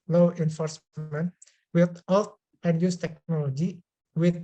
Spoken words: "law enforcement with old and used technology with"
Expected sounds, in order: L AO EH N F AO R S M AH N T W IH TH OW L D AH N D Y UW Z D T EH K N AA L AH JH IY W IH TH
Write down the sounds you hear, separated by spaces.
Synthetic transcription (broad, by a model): L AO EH N F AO R S M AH N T W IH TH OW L AH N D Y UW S T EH K N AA L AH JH IY W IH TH